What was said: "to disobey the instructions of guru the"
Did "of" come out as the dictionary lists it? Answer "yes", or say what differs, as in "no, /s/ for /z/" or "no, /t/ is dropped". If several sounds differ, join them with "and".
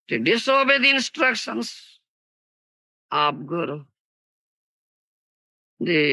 no, /p/ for /v/